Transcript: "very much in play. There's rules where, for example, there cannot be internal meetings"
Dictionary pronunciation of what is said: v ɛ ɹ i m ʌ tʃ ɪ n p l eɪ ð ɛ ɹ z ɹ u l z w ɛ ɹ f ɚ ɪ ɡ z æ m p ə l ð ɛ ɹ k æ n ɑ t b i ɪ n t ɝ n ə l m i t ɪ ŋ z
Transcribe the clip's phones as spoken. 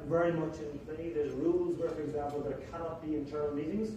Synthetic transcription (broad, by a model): v ɛ ɹ i m ʌ tʃ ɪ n p l eɪ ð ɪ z ɹ u l z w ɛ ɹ f ɚ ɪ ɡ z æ m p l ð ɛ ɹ k æ n ɑ t b i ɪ n t ɝ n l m i t ɪ ŋ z